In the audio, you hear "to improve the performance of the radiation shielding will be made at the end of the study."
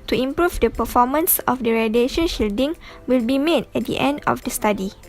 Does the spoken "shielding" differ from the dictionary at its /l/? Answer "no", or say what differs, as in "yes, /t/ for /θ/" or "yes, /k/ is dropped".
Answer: no